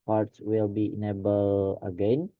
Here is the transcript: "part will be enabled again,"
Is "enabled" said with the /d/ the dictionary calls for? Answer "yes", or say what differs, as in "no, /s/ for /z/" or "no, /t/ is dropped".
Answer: no, /d/ is dropped